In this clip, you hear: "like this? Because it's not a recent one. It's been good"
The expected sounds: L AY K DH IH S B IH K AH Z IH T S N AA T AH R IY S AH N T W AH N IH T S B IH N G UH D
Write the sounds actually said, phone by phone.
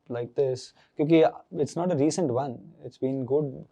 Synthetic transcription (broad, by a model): L AY K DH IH S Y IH K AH IH T S N AA T AH R IY S AH N T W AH N IH T S B IH N G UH D